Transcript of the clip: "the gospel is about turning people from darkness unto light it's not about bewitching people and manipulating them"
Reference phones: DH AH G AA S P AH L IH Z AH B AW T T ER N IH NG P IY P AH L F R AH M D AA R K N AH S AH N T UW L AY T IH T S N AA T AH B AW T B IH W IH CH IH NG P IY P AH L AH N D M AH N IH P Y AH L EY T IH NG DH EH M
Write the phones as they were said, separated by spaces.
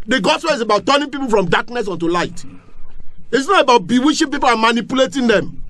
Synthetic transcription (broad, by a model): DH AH G AA S P AH L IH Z AH B AW T T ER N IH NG P IY P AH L F R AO M D AA K N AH S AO N T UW L AY T IH T S N AA T AH B AW T B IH W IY SH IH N P IY P AH L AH N M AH N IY P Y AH L EY T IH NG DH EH M